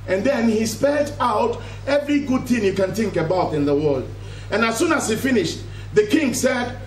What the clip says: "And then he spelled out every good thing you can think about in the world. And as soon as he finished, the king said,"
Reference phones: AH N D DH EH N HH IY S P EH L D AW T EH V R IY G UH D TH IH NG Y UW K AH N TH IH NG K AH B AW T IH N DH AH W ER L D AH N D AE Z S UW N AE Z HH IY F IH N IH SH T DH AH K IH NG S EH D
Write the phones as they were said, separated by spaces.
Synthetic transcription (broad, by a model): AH N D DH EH N HH IY S P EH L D AW T EH V R IY G UH D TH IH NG Y UW K AH N TH IH NG K AH B AW T IH N DH AH W ER L D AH N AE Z S UW N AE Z HH IY F IH N IH SH T DH AH K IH NG S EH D